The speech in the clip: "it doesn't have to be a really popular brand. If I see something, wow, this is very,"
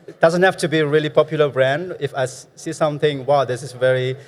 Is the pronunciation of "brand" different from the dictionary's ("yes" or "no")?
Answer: no